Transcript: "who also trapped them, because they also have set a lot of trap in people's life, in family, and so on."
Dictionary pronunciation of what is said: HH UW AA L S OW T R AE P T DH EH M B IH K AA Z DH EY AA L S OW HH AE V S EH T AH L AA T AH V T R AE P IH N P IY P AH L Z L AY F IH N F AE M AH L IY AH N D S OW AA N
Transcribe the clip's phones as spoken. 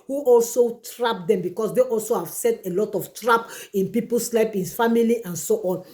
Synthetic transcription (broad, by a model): HH UW AA L S OW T R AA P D EH M B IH K AA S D EY AA L S OW HH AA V S EH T AH L AA T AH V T R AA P IH N P IY P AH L S L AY P IH N F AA M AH L IY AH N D S OW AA N